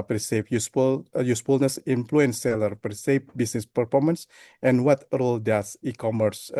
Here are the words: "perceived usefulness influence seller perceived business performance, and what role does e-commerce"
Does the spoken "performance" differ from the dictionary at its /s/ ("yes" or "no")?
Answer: no